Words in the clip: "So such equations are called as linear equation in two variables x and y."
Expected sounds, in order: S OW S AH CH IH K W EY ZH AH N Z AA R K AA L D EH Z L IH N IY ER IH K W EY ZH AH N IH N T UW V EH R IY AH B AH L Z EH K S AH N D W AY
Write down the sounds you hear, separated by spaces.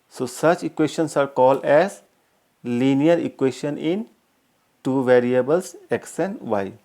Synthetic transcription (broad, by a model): S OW S AH CH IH K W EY SH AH N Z AA R K AA L D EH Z L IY N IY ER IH K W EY SH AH N IH N T UW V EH R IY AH B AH L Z EH K S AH N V AY